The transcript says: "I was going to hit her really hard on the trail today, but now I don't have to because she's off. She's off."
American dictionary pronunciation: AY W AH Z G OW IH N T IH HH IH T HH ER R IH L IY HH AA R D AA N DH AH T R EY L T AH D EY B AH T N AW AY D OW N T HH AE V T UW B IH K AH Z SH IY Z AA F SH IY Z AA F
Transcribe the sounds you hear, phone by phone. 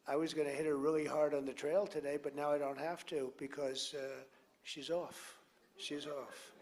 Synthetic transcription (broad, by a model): AY W AH Z G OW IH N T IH HH IH T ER R IH L IY HH AA R D N DH AH T R EY L T AH D EY B AH T N AW AY D OW N T HH AE F T UW B IH K AH Z SH IY Z AA F SH IY Z AA F